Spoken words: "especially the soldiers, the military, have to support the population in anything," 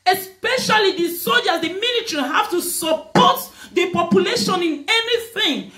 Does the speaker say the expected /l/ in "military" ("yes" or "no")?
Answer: no